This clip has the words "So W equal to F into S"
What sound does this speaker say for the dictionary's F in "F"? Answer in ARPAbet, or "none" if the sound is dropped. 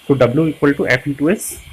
P